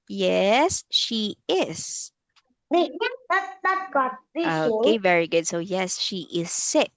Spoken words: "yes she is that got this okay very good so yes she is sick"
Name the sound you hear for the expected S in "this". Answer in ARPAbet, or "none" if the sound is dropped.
none